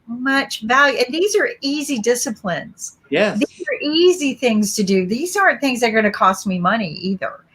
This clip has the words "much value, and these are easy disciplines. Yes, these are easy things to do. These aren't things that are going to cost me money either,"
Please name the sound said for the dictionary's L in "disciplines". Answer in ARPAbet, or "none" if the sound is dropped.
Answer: L